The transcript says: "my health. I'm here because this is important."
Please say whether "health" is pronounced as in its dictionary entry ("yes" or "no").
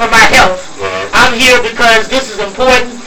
no